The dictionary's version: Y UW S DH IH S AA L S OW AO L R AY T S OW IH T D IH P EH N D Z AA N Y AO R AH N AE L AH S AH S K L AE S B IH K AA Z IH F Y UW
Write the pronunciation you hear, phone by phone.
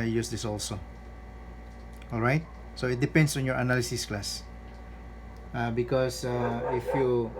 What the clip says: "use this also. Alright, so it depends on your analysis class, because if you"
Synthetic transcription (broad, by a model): Y UW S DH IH S AA L S OW AO L R AY T S OW IH T D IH P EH N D S AA N Y AO R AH N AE L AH S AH S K L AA S B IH K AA S IH F Y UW